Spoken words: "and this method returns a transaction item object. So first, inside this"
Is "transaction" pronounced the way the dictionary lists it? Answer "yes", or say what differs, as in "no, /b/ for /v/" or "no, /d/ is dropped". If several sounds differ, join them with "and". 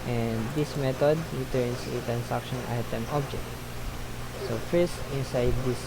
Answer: no, /s/ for /z/